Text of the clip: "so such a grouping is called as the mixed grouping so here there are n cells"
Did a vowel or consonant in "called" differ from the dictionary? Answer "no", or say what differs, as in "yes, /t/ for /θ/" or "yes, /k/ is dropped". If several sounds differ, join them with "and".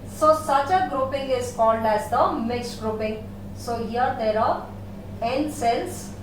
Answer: no